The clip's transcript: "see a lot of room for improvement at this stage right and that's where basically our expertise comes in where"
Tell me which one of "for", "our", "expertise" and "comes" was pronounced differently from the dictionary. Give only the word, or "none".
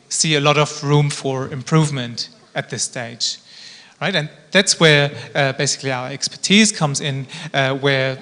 none